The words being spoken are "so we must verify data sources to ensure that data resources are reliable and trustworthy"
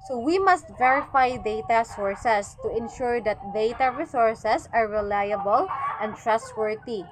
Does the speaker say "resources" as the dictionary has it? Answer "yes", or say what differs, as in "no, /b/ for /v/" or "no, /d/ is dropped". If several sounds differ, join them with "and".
no, /s/ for /z/